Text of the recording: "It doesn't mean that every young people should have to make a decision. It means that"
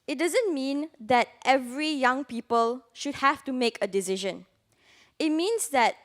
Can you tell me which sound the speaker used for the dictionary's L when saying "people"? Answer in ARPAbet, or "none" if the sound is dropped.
L